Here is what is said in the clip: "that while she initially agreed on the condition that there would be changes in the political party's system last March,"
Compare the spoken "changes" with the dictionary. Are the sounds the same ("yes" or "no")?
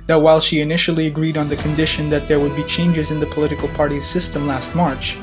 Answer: yes